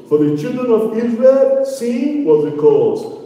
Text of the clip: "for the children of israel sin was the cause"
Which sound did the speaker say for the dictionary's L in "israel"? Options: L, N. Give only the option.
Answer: L